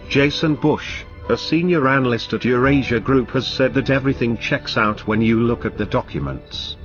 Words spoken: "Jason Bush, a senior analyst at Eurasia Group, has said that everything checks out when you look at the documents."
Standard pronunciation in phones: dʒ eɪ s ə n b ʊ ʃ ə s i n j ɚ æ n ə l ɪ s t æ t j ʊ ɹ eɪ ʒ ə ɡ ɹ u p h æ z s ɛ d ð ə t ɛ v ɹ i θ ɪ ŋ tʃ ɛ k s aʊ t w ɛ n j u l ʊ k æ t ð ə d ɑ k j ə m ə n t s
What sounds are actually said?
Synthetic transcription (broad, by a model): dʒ eɪ s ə n b ʊ ʃ ə s i n j ɚ æ n ə l ɪ s t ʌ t j ʊ ɹ eɪ ʒ ə ɡ ɹ u p h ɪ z s ɛ d ð ə t ɛ v ɹ i θ ɪ ŋ tʃ ɛ k s aʊ t w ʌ n j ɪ l ʊ k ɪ t ð ə d ɑ k j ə m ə n t s